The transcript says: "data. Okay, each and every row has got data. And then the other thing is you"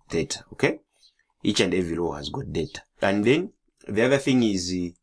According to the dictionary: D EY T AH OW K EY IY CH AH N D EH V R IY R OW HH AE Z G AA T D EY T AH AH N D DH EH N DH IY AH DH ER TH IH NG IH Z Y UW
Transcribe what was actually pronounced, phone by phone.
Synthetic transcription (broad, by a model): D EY T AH OW K EY IY CH AH N D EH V IY L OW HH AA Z G AA T D EY T AH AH N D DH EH N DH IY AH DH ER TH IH NG IH Z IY